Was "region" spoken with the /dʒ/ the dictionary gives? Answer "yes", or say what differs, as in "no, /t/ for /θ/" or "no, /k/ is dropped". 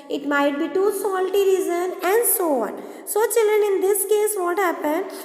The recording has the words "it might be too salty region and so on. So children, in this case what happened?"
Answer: no, /z/ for /dʒ/